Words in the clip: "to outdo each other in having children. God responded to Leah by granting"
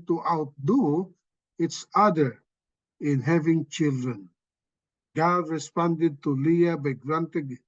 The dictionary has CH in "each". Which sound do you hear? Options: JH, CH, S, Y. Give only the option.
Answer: S